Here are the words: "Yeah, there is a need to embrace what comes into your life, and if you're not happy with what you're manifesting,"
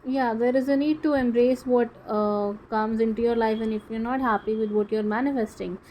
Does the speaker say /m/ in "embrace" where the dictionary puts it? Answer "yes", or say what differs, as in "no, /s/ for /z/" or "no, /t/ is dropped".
yes